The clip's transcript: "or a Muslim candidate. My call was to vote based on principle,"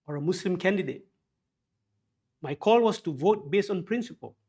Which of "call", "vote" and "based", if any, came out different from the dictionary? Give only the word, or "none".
none